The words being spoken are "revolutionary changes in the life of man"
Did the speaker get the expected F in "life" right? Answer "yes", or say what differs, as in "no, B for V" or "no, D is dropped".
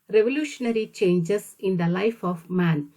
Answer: yes